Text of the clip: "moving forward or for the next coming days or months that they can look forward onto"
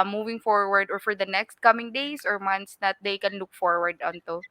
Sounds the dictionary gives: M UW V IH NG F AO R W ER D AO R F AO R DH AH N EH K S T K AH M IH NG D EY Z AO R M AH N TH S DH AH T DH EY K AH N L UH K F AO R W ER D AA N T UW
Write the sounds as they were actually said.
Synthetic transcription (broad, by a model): M UW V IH NG F AO R W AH D AO R F AO R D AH N EH K S T K AH M IH NG D EY S AO R M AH N T S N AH T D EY K AH N L UH K F AO R W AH D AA N T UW